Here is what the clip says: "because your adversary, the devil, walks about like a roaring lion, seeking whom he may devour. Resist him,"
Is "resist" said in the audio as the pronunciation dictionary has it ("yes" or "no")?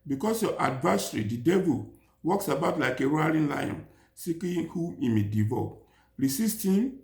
no